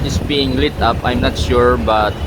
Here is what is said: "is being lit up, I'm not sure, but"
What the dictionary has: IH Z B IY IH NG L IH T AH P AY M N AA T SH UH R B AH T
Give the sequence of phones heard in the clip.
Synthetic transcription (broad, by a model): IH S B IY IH NG L IH T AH P AY M N AA T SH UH R B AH T